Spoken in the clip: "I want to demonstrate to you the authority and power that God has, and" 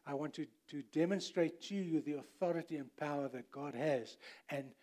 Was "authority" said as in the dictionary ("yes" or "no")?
yes